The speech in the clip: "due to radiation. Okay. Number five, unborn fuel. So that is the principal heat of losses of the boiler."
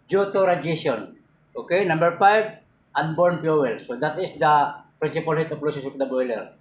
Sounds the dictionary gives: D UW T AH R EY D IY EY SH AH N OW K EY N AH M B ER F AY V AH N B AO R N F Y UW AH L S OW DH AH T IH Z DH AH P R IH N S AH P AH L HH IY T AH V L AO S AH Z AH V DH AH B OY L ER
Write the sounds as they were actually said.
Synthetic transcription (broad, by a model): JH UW T AH R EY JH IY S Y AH N OW K EY N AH M B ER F AY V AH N B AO R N P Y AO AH L S OW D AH T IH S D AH P R IH N S AH P AH L HH IY T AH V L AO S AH S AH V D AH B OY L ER